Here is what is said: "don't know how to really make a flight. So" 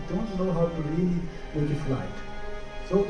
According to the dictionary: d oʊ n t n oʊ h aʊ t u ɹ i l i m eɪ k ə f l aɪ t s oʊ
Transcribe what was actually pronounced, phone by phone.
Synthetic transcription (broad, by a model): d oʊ n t n oʊ h aʊ t u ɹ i w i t ə f l aɪ t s oʊ